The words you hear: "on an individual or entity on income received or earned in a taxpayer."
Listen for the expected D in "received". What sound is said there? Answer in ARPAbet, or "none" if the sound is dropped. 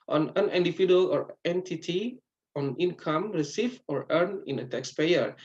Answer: none